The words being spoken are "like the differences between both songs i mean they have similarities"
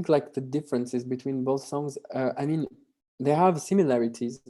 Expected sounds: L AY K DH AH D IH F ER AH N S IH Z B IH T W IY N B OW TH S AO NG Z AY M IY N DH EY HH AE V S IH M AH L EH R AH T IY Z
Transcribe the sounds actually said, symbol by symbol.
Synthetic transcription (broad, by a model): L AY K DH AH D IH F ER AH N S IH Z B IH T W IY N B OW TH S AO NG Z AY M IY N DH EY HH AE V S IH M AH L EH R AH T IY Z